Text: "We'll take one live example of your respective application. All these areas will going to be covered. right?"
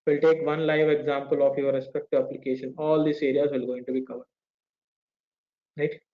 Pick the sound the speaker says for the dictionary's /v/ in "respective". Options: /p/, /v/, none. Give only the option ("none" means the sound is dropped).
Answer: /v/